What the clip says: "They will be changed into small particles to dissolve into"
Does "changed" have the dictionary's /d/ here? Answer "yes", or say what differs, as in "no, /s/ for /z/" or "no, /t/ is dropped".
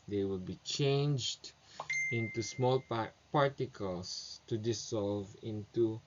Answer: yes